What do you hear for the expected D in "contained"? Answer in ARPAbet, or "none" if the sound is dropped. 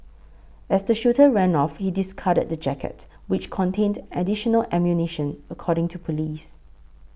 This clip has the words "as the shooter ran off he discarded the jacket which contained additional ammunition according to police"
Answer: D